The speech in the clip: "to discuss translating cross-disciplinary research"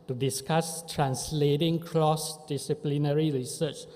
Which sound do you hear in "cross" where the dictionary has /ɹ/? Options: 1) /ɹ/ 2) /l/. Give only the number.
2